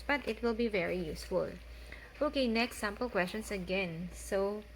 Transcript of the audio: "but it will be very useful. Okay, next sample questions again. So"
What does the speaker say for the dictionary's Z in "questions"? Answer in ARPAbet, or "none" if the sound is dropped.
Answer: S